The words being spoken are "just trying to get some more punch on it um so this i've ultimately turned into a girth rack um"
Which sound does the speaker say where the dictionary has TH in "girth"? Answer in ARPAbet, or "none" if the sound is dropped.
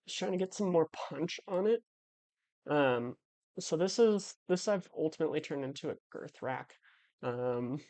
TH